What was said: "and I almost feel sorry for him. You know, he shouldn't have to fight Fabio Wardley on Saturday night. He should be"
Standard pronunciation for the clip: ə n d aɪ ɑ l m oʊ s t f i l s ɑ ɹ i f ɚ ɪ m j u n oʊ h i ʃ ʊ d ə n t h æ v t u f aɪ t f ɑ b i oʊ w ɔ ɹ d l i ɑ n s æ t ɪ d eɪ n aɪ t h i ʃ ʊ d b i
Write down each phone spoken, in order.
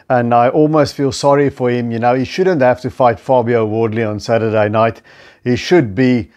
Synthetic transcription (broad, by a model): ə n d aɪ ɑ l m oʊ s t f i l s ɑ ɹ i f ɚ ɪ m j u n oʊ h i ʃ ʊ d ə n t h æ f t u f aɪ t f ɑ b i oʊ w ɔ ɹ d l i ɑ n s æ t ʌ d eɪ n aɪ t h i ʃ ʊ d b i